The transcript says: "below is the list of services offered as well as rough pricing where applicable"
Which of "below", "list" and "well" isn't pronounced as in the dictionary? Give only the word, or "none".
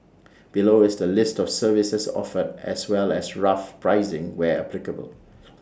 none